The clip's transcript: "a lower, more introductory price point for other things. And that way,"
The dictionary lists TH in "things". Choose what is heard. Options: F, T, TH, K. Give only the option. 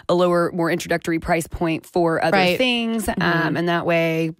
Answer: TH